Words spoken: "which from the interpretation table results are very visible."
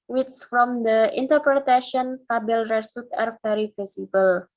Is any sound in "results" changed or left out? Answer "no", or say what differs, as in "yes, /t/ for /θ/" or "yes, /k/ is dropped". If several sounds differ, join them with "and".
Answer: yes, /s/ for /z/ and /l/ is dropped and /s/ is dropped